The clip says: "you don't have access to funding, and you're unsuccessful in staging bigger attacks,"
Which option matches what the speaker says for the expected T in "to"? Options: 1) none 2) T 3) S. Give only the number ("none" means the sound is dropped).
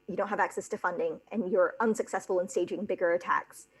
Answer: 2